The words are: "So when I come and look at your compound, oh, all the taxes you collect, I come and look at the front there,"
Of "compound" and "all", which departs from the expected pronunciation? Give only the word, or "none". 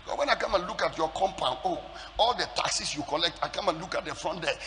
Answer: compound